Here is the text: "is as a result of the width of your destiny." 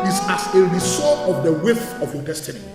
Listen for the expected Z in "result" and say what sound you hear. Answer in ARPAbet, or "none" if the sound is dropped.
S